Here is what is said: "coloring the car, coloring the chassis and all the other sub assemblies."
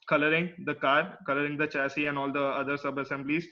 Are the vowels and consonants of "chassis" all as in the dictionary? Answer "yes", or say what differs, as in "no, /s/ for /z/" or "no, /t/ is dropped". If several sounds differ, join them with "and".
yes